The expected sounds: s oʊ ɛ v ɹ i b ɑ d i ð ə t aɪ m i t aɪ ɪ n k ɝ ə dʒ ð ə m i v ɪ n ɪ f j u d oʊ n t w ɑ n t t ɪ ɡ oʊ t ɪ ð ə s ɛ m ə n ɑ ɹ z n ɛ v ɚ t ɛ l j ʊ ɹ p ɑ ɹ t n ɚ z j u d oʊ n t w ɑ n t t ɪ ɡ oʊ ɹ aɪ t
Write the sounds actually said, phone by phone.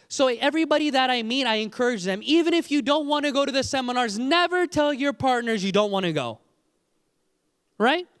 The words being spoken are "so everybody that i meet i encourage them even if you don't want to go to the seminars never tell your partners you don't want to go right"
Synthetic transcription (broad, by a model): s oʊ ɛ v ɹ i b ɑ d i ð ə t aɪ m i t aɪ ɪ n k ɝ ə dʒ ð ə m i v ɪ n ɪ f j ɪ d oʊ n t w ɑ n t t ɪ ɡ oʊ t ɪ ð ə s ɛ m ə n ɑ ɹ z n ɛ v ɚ t ɛ l j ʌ ɹ p ɑ ɹ t n ɚ z j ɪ d oʊ n t w ɑ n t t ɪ ɡ oʊ ɹ aɪ t